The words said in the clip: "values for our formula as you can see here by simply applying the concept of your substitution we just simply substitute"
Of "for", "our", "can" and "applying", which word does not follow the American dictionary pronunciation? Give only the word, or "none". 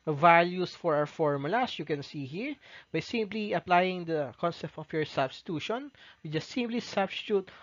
our